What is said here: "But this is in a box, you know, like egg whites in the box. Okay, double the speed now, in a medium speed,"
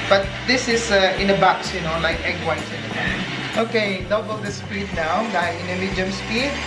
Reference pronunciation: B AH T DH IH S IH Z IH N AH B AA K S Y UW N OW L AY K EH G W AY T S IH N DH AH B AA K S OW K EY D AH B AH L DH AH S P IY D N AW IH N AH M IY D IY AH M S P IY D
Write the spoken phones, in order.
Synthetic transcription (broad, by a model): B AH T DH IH S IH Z IH N AH B AA K S Y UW N OW L AY K EH G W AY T IH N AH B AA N OW K EY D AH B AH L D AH S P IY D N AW IH N AH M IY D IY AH M S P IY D